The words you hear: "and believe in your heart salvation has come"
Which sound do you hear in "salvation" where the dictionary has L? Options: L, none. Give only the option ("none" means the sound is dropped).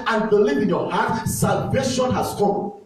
L